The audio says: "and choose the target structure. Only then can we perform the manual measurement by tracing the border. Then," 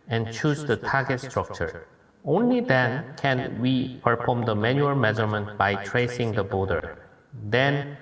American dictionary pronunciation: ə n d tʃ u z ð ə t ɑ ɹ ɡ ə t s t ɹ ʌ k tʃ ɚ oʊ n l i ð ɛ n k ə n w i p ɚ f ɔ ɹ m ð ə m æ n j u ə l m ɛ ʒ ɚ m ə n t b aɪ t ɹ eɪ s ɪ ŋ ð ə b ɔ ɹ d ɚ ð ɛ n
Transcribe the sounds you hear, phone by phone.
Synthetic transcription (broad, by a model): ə n tʃ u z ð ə t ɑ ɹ ɡ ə t s t ɹ ʌ k tʃ ɚ oʊ n l i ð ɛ n k ə n w i p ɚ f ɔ ɹ m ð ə m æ n j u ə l m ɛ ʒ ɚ m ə n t b aɪ t ɹ eɪ s ɪ ŋ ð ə b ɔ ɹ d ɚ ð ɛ n